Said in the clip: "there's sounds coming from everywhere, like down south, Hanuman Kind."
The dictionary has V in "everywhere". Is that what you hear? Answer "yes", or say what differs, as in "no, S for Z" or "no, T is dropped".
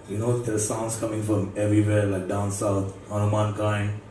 yes